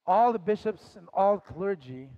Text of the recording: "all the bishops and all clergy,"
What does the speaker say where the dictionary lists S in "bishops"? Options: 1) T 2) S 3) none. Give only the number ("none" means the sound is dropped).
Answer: 2